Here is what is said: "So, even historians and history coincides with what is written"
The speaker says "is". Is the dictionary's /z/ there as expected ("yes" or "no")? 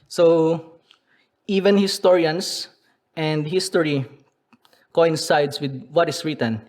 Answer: no